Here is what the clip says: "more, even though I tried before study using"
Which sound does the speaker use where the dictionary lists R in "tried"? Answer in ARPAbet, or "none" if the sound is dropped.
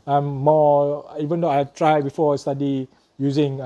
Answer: R